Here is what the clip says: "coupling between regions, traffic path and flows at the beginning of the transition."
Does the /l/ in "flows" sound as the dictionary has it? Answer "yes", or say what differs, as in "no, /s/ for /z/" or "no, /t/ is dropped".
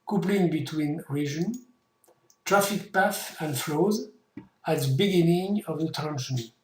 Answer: yes